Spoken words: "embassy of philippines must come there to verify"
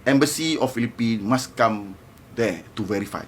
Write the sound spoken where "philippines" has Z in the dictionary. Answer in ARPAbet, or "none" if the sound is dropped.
none